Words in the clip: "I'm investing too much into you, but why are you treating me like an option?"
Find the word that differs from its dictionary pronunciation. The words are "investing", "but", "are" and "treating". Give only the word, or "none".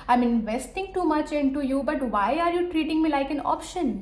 none